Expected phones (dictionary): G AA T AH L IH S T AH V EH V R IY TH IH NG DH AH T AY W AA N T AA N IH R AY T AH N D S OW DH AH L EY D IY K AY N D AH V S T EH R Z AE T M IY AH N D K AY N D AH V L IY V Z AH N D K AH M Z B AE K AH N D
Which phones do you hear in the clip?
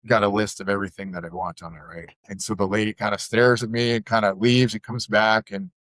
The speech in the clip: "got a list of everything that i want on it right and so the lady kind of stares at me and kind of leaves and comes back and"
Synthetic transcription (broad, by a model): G AA T AH L IH S T AH V EH V R IY TH IH NG DH AH T AY W AA N T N IH R AY T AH N S OW DH AH L EY D IY K AY N D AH S T EH R Z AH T M IY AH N K AY N D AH L IY V Z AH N K AH M Z B AE K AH N